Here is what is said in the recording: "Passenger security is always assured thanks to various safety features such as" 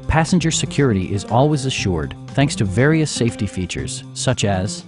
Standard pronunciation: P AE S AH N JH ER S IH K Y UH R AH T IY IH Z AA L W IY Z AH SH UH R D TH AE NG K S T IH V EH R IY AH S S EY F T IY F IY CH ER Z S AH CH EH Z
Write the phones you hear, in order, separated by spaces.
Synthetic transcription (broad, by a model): P AE S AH N JH ER S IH K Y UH R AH T IY IH Z AA L W IY Z AH SH UH R D TH AE NG K S T IH V EH R IY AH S S EY F T IY F IY CH ER Z S AH CH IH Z